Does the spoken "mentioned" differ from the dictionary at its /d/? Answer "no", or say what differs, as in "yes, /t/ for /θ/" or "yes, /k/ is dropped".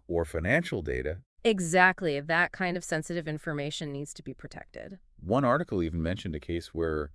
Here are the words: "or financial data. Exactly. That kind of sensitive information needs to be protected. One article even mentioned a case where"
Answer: no